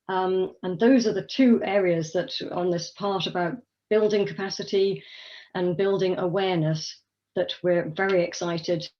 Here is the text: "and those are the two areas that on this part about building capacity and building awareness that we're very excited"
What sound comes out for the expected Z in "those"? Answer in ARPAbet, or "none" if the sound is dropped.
Z